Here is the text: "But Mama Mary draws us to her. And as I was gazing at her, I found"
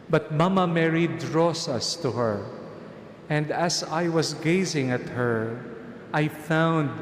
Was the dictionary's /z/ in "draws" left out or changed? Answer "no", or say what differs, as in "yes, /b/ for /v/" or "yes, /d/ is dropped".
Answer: yes, /s/ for /z/